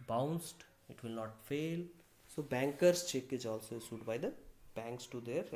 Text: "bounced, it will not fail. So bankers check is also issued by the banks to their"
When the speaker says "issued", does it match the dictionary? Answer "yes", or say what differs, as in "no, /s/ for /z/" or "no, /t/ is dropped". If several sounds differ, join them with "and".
no, /s/ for /ʃ/